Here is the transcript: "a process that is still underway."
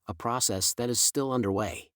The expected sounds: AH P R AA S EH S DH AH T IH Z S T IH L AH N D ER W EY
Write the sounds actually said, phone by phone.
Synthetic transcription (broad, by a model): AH P R AA S EH S DH AH T IH Z S T IH L AH N D ER W EY